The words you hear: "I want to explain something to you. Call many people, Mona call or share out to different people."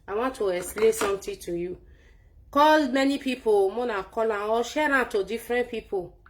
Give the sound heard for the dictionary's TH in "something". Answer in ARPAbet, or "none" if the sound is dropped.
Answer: T